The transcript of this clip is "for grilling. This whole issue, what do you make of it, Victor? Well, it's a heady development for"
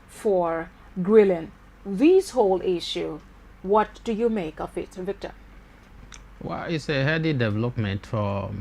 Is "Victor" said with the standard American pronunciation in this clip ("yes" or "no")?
yes